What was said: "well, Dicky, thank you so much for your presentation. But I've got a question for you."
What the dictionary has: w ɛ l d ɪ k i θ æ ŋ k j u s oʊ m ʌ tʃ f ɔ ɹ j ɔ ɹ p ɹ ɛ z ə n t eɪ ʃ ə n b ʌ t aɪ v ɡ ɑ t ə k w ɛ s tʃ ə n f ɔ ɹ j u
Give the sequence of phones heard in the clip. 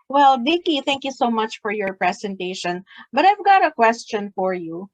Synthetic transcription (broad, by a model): w ɛ l d ɪ k i θ æ ŋ k j u s oʊ m ʌ tʃ f ɔ ɹ j ɔ ɹ p ɹ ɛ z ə n t eɪ ʃ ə n b ʌ t aɪ v ɡ ɑ t ə k w ɛ s tʃ ə n f ɔ ɹ j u